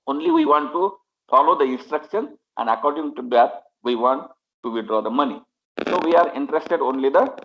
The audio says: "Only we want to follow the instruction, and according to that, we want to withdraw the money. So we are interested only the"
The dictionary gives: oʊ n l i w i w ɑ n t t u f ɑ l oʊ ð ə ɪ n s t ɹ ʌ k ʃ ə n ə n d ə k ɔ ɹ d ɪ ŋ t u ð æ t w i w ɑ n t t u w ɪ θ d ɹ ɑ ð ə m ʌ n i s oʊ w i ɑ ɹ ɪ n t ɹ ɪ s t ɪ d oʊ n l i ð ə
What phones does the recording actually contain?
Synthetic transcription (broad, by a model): oʊ n l i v i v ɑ n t t u f ɑ l oʊ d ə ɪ n s t ɹ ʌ k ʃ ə n ə n d ə k ɔ ɹ d ɪ ŋ t u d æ t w i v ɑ n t t u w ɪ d ɹ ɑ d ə m ʌ n i s oʊ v i ɑ ɹ ɪ n t ɹ ɪ s t ɪ d oʊ n l i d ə